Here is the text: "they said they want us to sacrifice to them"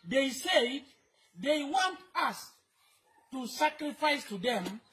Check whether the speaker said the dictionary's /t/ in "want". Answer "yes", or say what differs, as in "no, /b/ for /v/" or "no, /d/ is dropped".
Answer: yes